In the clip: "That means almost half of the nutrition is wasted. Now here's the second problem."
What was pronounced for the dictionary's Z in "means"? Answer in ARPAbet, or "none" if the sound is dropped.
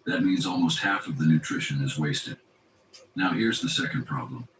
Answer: Z